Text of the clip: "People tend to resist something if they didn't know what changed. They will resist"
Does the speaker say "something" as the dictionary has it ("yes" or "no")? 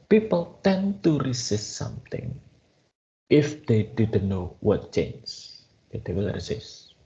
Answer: no